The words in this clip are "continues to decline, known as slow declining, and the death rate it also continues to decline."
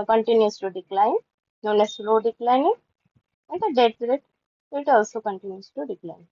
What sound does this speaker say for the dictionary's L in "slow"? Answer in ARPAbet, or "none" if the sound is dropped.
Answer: L